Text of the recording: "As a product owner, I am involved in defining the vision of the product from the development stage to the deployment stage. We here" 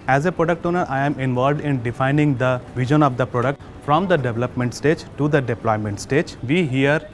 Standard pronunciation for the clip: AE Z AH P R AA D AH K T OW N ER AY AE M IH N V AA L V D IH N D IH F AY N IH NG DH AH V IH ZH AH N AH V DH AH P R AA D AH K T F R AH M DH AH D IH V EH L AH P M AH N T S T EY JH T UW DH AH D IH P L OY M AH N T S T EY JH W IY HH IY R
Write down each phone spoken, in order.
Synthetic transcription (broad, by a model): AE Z AH P R AA D AH K T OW N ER AY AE M IH N V AA L V D IH N D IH F AY N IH NG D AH V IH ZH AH N AH V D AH P R AA D AH K T F R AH M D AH D IH V EH L AH P M AH N T S T EY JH T UW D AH D IH P L OY M AH N T S T EY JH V IY HH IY R